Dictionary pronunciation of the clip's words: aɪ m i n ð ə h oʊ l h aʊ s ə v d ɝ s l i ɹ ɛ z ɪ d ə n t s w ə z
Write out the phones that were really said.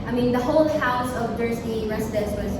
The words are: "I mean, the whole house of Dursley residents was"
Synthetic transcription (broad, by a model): aɪ m i n ð ə h oʊ l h aʊ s ə v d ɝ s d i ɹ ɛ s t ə t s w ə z